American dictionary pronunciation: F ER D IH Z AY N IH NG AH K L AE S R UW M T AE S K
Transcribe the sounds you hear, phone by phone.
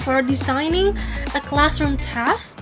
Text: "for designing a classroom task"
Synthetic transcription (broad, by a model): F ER D IH Z AY N IH NG AH K L AE S R UW M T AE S